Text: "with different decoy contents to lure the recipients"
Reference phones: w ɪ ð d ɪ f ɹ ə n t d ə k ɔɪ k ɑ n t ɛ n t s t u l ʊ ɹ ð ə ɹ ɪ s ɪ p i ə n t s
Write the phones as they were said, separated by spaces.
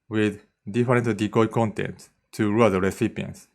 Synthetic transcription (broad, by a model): w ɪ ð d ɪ f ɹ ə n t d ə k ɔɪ k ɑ n t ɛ n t t u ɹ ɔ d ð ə ɹ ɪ s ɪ p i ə n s